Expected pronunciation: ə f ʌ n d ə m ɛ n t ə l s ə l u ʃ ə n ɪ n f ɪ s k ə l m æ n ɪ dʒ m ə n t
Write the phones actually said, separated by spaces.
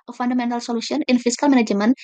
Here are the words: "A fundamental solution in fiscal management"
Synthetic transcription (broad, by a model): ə f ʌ n d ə m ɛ n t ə l s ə l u s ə n ɪ n f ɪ s k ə l m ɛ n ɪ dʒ m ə n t